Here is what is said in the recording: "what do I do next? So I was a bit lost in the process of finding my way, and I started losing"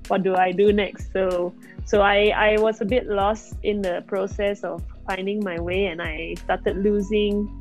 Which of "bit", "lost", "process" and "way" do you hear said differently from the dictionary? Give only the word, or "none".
none